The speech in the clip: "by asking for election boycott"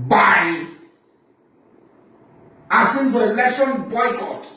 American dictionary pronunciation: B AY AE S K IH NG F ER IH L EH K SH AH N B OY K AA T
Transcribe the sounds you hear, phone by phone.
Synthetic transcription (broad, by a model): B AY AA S IH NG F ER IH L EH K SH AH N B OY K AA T